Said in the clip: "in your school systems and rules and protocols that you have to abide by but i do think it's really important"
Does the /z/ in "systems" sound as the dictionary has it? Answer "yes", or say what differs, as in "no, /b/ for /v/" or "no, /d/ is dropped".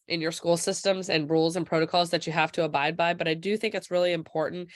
yes